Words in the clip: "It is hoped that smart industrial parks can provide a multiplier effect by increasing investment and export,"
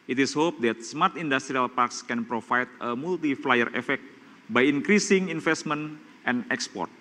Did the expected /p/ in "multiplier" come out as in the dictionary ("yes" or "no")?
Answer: no